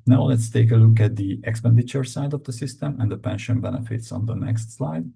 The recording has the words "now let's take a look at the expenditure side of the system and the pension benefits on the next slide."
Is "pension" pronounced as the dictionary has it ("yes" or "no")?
yes